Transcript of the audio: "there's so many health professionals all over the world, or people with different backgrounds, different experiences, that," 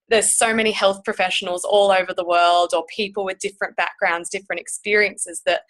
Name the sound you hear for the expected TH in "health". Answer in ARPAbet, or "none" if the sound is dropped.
TH